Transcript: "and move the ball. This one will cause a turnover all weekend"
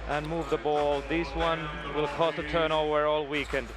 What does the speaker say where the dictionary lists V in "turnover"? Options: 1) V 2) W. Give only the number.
2